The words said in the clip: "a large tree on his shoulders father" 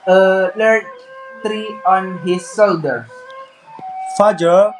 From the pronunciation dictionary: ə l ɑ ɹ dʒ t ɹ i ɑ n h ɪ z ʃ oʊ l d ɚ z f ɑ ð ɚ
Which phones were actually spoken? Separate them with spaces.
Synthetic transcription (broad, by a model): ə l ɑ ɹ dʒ t ɹ i ɑ n h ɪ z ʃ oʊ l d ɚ f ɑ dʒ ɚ